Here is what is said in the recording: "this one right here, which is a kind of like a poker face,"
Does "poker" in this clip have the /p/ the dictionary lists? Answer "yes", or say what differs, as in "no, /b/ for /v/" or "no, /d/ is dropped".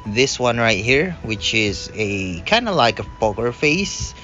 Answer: no, /b/ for /p/